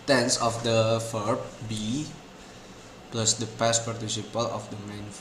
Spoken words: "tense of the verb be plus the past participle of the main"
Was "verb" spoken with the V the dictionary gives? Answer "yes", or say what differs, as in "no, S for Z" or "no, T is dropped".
no, F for V